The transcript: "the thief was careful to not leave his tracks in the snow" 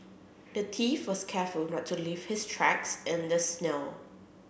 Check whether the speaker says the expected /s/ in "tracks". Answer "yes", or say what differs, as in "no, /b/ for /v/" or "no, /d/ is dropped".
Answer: yes